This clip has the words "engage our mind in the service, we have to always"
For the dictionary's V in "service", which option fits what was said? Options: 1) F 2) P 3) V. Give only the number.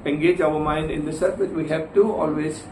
1